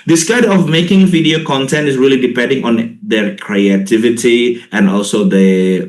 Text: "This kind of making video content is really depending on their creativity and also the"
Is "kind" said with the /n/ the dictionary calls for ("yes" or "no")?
no